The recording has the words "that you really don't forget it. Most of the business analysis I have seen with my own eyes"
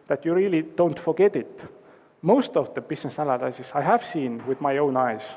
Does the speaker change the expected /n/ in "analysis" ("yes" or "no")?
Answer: yes